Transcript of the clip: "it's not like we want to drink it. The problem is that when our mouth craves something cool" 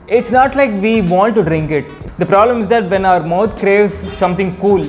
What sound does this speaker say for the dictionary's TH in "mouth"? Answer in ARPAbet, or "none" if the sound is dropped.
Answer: T